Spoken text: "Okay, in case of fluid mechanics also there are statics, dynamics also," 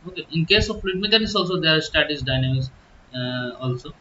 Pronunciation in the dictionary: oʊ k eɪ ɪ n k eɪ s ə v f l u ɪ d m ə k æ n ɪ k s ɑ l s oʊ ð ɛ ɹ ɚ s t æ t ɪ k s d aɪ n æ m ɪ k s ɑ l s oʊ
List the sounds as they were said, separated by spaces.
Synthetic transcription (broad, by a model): oʊ k eɪ ɪ n k eɪ s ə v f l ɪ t m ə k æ n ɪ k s ɑ l s oʊ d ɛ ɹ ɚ s t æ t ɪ s d aɪ n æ m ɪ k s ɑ l s oʊ